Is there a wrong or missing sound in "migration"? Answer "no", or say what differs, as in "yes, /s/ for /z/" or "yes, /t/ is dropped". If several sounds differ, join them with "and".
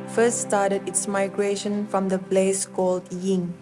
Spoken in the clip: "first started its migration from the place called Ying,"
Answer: no